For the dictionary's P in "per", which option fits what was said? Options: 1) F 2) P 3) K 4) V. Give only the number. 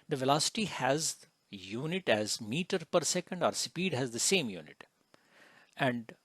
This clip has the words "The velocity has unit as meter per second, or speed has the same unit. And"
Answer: 2